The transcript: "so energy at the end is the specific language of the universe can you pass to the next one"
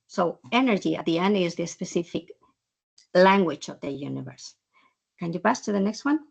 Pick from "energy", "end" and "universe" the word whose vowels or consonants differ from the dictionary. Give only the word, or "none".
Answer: none